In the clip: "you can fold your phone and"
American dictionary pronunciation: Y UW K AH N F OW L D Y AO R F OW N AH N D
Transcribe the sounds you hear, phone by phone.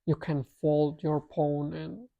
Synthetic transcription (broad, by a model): Y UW K AH N F OW L D Y AO R P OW N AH N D